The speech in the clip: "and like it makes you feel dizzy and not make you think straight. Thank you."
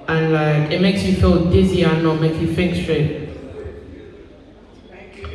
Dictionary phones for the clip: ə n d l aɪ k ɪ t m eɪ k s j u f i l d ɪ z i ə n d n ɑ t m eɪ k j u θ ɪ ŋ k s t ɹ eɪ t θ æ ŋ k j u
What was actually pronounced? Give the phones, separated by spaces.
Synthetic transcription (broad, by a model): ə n l aɪ k ɪ t m eɪ k s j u f i l d ɪ z i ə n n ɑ m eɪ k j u f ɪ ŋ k s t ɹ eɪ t